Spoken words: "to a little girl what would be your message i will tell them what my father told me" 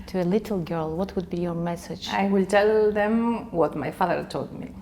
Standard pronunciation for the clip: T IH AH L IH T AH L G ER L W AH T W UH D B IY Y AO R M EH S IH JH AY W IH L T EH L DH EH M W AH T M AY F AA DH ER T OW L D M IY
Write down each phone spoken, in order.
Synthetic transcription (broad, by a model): T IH AH L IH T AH L G ER L W AH T W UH D B IY Y AO R M EH S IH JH AY W IH L T EH L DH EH M W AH T M AY F AA DH ER T OW L D M IY